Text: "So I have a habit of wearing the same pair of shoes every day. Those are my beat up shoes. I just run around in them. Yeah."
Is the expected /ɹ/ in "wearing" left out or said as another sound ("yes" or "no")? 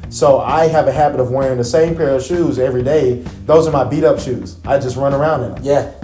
no